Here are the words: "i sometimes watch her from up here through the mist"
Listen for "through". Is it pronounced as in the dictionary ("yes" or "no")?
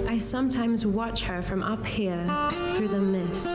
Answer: yes